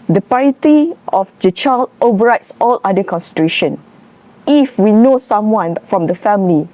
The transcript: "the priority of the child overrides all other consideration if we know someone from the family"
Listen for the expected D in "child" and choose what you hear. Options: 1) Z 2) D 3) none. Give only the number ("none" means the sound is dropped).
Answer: 3